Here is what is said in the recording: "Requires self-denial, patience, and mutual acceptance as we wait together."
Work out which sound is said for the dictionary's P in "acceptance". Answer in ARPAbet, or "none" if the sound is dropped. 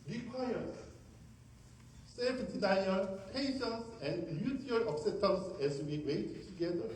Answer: none